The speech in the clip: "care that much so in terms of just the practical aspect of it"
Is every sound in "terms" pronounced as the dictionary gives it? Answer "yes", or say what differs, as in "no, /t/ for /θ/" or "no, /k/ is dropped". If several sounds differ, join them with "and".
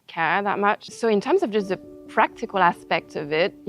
yes